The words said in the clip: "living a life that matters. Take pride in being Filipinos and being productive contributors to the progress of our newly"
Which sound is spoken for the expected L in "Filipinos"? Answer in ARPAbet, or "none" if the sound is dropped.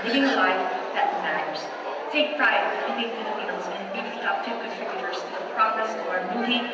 N